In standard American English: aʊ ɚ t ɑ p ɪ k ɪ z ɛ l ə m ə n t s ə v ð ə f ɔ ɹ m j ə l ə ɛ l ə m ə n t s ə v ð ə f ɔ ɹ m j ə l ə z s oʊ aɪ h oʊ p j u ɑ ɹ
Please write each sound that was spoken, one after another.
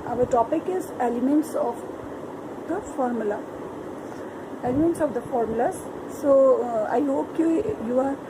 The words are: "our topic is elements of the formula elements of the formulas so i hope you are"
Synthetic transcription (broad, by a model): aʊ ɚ t ɑ p ɪ k ɪ z ɛ l ə m ə n t s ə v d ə f ɔ ɹ m j ə l ə ɛ l ə m ə n t s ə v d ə f ɔ ɹ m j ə l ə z s oʊ aɪ h oʊ p j u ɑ ɹ